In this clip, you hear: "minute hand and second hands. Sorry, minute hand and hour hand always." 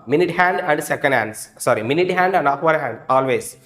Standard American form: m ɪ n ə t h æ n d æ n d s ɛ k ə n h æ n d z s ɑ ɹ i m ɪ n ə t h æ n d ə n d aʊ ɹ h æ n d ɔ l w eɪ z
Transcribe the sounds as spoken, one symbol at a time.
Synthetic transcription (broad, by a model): m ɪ n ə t h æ n d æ n d s ɛ k ə n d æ n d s s ɑ ɹ i m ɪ n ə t h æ n d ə n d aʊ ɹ h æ n d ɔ l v eɪ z